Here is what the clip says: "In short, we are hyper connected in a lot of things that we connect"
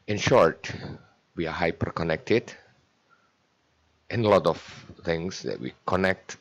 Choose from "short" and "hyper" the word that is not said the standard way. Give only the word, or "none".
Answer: none